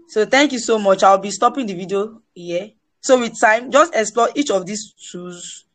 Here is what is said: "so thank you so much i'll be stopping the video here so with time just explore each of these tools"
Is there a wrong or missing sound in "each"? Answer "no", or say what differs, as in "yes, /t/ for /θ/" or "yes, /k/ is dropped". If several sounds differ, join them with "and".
no